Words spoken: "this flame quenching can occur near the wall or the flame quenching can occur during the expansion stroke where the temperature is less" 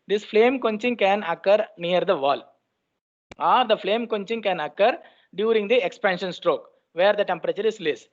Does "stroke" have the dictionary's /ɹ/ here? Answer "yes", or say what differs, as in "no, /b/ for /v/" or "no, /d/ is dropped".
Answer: yes